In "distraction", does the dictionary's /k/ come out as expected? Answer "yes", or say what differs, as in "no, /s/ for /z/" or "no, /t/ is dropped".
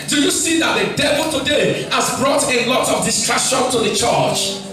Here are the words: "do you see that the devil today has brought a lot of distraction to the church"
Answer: no, /k/ is dropped